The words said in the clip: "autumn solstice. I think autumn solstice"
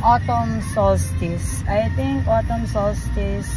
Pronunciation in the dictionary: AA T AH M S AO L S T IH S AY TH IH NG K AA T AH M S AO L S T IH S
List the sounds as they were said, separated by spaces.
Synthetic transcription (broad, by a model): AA T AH M S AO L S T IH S AY T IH NG K AA T AH M S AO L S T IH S